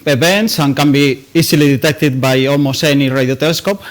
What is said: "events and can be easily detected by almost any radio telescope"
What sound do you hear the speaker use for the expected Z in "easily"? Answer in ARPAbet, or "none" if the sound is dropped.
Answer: S